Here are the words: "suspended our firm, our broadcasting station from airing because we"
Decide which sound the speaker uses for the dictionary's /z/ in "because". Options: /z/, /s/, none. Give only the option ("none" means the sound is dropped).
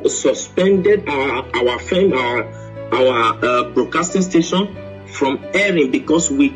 /s/